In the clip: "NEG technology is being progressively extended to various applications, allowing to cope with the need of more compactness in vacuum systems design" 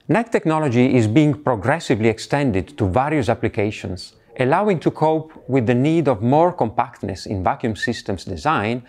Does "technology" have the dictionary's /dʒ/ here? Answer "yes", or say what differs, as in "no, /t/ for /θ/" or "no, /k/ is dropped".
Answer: yes